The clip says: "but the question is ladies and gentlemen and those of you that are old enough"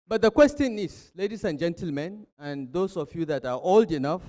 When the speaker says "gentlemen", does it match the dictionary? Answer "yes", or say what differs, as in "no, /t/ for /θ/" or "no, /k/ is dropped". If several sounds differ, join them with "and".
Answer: yes